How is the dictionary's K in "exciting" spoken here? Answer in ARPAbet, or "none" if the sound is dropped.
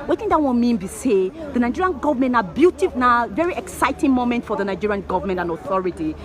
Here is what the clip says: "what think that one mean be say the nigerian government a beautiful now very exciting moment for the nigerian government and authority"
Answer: K